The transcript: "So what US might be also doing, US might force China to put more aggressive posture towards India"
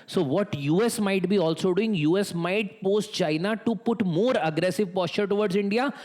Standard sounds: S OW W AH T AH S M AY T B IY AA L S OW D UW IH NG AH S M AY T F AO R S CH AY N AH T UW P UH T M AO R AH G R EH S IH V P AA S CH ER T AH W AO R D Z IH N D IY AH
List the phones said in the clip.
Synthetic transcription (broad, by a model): S OW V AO T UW S M AY T B IY AA L S OW D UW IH NG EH S M AY T P AO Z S CH AY N AH T UW P UH T M AO R AH G R EH S IH V P AA S CH ER T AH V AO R D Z IH N D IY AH